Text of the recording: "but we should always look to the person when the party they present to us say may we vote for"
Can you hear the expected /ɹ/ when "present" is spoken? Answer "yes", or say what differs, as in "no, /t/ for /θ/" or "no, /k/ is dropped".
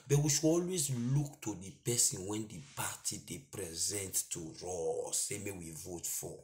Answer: yes